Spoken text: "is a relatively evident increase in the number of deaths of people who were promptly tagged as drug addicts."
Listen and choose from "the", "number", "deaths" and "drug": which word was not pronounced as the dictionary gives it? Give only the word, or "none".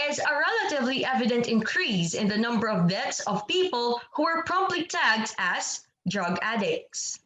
deaths